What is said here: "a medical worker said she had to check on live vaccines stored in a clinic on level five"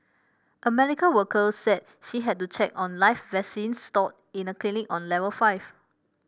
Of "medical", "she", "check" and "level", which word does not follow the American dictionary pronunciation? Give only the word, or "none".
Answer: medical